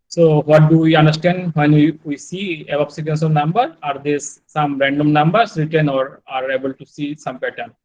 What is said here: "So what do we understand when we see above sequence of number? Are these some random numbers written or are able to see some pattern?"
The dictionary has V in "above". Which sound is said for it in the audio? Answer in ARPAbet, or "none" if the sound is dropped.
P